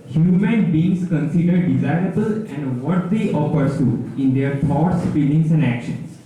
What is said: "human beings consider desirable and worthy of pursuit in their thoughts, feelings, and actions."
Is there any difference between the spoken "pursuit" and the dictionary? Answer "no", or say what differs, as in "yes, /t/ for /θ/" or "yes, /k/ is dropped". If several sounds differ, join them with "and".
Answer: yes, /t/ is dropped